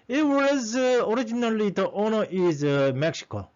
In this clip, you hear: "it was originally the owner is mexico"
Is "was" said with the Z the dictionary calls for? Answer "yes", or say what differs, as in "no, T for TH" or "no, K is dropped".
yes